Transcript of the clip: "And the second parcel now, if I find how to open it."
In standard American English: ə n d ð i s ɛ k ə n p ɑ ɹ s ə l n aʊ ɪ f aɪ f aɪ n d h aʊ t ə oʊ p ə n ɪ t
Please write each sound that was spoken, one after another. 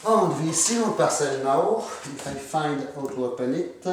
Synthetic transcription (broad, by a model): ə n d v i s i ə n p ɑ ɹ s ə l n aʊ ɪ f aɪ f aɪ n d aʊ t ə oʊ p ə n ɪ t